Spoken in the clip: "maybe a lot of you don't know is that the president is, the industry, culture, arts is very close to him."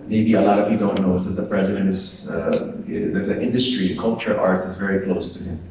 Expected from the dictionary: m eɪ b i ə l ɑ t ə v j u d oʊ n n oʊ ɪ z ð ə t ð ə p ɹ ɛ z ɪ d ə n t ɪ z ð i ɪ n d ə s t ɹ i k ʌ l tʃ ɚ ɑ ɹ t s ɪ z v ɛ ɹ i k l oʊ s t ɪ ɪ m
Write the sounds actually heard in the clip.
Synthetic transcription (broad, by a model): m eɪ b i ə l ɑ t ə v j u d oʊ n n oʊ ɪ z ð ə t ð ə p ɹ ɛ z ɪ d ə n t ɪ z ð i ɪ n d ə s t ɹ i k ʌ l tʃ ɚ ɑ ɹ t s ɪ z v ɛ ɹ i k l oʊ s t ɪ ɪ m